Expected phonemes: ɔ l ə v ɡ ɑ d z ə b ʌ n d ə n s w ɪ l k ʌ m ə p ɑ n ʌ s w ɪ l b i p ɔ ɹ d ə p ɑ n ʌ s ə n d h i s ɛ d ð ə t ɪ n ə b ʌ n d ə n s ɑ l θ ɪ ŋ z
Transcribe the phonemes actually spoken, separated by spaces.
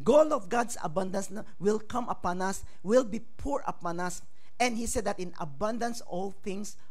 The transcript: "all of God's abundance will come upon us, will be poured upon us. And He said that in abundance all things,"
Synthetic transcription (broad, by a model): ɔ l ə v ɡ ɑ d s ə b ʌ n d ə n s w ɪ l k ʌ m ə p ɑ n ʌ s w ɪ l b i p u ɹ ə p ɑ n ʌ s ə n d h i s ɛ d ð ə t ɪ n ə b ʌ n d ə n s ɑ l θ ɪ ŋ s